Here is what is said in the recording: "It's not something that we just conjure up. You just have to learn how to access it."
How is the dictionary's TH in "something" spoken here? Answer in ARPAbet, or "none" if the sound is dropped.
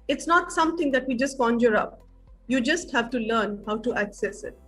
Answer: T